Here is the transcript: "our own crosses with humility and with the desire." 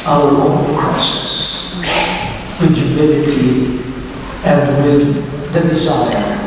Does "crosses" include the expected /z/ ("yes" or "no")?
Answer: no